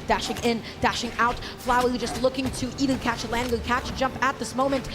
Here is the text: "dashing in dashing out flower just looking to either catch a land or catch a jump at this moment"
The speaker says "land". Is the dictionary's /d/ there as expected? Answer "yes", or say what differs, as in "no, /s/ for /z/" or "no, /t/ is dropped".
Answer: no, /d/ is dropped